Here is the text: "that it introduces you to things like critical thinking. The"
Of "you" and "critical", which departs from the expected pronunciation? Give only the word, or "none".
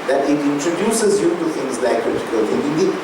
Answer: critical